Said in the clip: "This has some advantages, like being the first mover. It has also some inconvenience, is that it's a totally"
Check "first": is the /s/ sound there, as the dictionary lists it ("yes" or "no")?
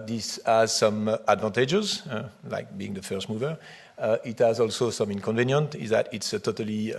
yes